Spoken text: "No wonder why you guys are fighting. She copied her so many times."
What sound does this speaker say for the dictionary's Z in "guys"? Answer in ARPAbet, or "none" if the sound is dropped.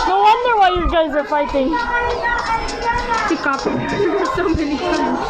Z